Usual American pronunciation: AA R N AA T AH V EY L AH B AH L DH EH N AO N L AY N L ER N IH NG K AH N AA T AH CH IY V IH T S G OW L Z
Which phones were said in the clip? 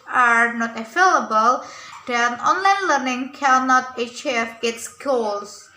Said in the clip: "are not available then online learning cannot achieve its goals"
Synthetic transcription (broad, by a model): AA R N AA T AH F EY L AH B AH L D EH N AO N L AY N L ER N IH NG K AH N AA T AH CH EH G IH T S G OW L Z